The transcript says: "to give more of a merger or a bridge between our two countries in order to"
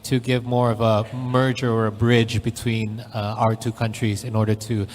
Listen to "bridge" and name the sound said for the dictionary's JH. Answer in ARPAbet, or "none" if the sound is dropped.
JH